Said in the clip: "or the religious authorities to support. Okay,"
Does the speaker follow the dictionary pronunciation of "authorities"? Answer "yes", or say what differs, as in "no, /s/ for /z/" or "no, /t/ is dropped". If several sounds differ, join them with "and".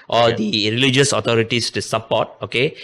no, /t/ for /θ/ and /s/ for /z/